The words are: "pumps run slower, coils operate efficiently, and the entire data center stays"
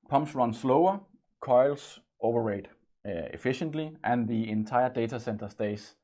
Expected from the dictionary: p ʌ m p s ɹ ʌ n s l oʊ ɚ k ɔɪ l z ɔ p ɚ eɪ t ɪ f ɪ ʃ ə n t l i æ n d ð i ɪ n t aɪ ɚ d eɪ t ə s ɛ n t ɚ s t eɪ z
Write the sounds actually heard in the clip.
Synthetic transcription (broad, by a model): p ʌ m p s ɹ ʌ n s l oʊ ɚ k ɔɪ l s ɔ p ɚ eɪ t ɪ f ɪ ʃ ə n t l i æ n ð i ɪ n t aɪ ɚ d eɪ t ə s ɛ n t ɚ s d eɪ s